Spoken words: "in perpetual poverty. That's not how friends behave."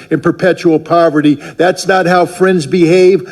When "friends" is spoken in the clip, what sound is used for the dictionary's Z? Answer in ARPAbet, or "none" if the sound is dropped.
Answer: Z